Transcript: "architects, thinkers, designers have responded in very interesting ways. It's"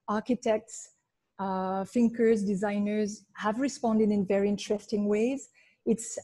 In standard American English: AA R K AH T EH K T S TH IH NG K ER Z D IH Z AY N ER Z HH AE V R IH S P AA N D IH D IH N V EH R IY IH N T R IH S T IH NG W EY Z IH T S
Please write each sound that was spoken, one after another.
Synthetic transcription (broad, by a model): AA R K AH T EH K T S F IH NG K ER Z D IH Z AY N ER Z HH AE V R IH S P AA N D IH D IH N V EH R IY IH N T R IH S T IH NG W EY Z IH T S